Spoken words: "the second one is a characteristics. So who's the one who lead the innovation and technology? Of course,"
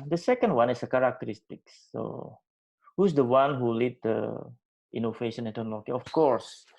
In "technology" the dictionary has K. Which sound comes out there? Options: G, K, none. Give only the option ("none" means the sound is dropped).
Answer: none